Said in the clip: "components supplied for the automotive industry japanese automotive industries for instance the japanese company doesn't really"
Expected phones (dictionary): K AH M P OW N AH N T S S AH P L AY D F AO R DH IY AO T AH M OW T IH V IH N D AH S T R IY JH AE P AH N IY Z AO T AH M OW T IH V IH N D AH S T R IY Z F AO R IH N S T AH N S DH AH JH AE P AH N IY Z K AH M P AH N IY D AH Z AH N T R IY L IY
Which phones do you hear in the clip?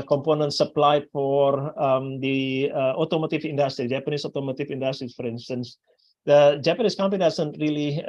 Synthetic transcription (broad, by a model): K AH M P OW N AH N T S S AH P L AY F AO R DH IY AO T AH M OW T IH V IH N D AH S T R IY JH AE P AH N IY S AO T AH M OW T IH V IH N D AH S T R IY F AO R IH N S T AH N S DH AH JH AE P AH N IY S K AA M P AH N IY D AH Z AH N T R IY L IY